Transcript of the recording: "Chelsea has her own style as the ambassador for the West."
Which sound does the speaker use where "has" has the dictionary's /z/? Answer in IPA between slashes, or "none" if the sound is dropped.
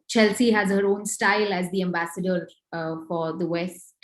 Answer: /z/